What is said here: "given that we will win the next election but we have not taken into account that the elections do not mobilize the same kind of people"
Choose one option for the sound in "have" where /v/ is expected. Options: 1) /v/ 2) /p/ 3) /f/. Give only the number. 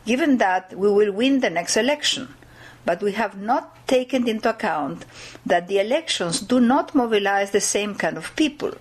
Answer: 1